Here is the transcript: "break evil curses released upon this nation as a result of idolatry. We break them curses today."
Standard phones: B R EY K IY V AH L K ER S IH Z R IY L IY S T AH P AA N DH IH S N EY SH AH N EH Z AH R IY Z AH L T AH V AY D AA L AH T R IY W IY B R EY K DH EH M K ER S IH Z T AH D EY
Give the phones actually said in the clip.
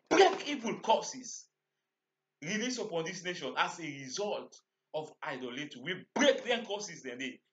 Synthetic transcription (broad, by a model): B R EY K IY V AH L K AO S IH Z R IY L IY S AH P AA N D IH S N EY SH AH N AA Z AH R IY Z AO L T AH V AY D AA L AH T IY W IY B R EY K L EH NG K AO S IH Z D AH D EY